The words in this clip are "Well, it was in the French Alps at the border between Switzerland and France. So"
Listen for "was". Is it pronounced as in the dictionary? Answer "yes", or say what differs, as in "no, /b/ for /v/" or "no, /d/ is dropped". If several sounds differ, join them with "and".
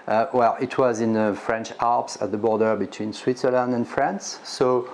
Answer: yes